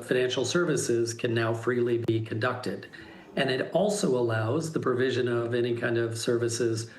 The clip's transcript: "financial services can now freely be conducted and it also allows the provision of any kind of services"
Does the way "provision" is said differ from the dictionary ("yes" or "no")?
no